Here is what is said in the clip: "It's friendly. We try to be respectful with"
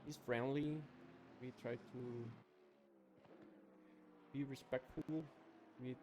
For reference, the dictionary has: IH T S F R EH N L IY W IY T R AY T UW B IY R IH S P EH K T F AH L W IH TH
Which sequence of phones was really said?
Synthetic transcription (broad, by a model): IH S F R EH N L IY W IY T R AY T UW B IY R IH S P EH K T F AH L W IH